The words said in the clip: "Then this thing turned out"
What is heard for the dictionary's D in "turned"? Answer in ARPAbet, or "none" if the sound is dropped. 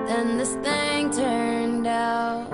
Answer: D